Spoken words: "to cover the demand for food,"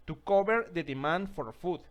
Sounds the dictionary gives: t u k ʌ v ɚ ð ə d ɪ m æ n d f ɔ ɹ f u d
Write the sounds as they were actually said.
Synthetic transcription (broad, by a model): t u k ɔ b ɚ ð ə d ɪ m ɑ n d f ɔ ɹ f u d